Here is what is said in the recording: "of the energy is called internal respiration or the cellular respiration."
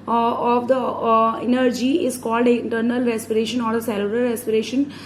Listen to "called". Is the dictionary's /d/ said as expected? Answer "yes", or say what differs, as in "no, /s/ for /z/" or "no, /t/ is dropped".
yes